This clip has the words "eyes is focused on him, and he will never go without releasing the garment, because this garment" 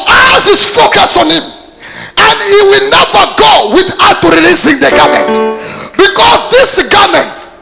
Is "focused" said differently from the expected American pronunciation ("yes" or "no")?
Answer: yes